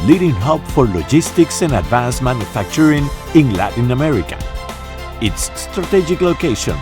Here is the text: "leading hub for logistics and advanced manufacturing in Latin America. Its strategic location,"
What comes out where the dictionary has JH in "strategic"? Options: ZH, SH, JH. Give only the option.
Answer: JH